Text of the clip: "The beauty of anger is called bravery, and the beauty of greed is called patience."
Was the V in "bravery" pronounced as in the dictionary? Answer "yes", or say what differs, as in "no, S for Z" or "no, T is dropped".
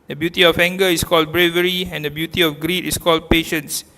yes